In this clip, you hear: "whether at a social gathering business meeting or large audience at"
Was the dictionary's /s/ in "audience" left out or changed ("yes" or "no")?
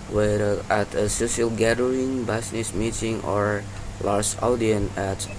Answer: yes